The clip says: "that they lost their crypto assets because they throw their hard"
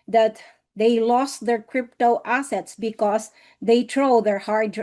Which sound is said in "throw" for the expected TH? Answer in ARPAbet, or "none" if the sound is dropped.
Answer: T